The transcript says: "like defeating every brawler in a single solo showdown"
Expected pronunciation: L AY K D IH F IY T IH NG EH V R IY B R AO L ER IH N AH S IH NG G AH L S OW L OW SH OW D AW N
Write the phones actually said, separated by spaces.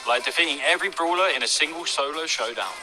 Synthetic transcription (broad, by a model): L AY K D IH F IY T IH NG EH V R IY B R AO L ER IH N AH S IH NG G AH L S OW L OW SH OW D AW N